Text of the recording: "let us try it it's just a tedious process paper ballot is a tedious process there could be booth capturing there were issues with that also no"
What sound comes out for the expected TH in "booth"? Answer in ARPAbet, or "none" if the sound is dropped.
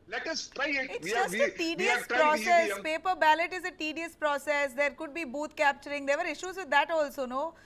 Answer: T